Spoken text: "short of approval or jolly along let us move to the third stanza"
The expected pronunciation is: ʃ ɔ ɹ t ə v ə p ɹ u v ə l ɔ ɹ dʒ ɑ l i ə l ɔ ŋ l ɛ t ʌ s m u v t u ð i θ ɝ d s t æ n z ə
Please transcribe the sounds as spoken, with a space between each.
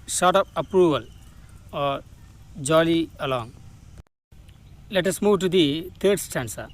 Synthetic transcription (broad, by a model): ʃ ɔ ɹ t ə p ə p ɹ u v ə l ɔ ɹ dʒ ɑ l i ə l ɔ ŋ l ɛ t ʌ s m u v t u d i t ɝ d s t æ n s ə